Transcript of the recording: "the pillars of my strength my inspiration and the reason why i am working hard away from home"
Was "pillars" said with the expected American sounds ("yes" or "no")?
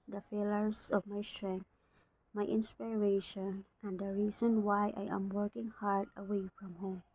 no